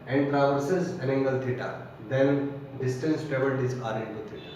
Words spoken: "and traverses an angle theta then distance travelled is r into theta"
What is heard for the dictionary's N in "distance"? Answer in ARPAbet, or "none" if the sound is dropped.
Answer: N